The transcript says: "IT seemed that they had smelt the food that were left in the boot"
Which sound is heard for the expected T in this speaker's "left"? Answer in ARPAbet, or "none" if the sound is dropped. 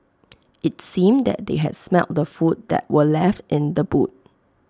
T